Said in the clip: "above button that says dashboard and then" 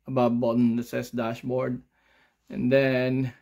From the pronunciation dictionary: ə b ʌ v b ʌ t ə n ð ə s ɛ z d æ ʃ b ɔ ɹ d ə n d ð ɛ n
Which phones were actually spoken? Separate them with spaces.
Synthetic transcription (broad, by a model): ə b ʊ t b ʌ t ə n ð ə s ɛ s d æ ʃ b ɔ ɹ d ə n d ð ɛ n